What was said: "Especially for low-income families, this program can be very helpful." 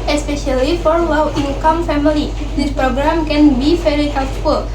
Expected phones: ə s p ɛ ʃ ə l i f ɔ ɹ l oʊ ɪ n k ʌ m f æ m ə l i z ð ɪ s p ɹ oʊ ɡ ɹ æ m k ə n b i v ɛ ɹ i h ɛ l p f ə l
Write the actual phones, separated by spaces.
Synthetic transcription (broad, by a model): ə s p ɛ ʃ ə l i f ɔ ɹ l oʊ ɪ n k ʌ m f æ m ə l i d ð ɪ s p ɹ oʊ ɡ ɹ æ m k ə n b i f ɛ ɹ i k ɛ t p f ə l